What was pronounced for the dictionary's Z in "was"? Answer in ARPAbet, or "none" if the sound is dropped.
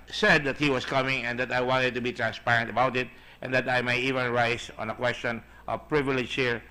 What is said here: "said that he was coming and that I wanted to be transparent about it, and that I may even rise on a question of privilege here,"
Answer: S